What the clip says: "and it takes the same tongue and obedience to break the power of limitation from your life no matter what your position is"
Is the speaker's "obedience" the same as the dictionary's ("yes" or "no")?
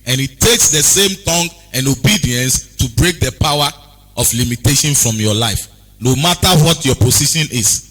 yes